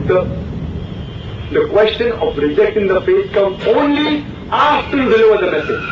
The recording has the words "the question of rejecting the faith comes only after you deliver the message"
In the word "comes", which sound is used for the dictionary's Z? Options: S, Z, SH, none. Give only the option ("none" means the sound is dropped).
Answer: none